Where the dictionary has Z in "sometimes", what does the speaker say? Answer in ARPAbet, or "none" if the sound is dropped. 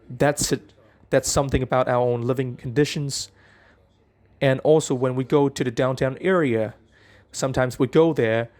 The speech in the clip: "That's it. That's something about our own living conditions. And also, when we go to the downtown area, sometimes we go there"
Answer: Z